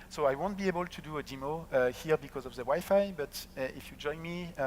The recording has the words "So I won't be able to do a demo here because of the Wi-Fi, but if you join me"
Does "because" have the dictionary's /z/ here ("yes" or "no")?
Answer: yes